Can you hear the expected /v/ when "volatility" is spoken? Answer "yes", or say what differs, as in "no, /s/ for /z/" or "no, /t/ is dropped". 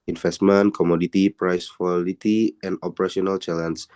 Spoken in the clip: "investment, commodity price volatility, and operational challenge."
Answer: no, /f/ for /v/